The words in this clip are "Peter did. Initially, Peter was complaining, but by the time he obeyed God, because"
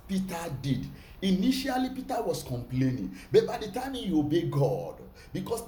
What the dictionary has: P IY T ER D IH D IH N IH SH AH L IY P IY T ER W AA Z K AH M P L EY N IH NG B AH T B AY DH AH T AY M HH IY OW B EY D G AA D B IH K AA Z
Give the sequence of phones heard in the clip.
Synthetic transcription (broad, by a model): P IY T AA D IH D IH N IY SH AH L IY P IY T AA W AA S K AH M P L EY N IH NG B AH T B AY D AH T AY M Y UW OW B EY G AA D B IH K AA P